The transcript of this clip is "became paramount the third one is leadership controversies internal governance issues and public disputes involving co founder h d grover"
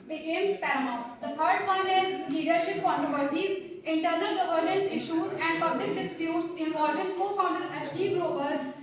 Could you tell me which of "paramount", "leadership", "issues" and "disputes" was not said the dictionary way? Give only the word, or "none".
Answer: paramount